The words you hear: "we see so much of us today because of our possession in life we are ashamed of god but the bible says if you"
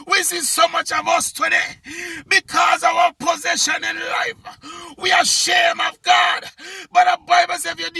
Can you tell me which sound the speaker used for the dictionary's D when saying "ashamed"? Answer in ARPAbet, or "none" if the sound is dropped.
none